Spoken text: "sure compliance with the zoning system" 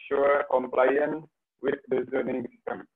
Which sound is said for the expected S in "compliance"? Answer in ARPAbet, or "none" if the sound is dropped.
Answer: none